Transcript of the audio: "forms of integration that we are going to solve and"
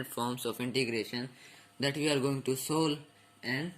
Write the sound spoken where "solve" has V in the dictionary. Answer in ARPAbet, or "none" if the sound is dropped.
none